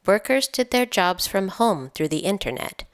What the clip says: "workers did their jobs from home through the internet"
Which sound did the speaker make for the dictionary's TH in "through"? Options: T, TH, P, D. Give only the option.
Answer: TH